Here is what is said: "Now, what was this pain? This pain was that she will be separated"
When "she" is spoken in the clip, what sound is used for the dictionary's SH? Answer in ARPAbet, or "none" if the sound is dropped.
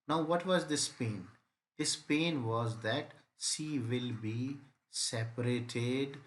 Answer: S